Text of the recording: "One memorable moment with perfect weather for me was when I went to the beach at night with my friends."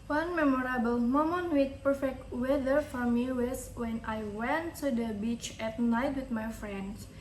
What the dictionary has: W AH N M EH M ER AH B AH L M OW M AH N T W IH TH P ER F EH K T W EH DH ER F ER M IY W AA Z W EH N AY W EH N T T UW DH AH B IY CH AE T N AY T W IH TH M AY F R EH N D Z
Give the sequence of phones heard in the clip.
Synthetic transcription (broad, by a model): W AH N M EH M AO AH B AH L M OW M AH N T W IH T P ER F EH K T W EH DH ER F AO M IY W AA S W EH N AY W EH N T T UW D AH B IY CH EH T N AY T W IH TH M AY F R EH N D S